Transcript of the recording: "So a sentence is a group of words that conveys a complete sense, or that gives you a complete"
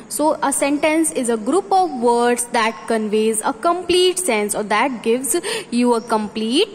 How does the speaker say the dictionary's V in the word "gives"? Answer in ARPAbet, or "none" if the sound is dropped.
V